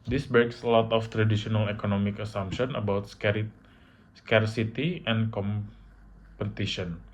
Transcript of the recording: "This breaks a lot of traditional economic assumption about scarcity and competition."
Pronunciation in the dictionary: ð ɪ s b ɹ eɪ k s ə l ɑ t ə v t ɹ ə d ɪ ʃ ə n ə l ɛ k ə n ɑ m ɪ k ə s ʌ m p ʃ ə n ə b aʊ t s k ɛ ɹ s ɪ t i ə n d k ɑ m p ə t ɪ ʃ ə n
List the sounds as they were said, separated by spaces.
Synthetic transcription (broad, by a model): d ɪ s b eɪ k s ə l ɑ t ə f t ɹ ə d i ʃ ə n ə l ɛ k ə n ɑ m ɪ k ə s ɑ m p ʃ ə n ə b aʊ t s k ɛ ɹ s ɪ t i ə n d k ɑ m p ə t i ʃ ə n